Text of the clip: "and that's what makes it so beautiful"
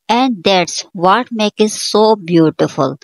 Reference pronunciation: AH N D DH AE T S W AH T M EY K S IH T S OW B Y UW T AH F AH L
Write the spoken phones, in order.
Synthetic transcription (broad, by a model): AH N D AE T S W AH T M EY K IH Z S OW B Y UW T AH F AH L